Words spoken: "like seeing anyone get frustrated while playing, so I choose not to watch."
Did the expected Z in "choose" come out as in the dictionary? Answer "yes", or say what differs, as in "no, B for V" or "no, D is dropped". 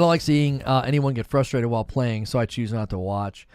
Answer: yes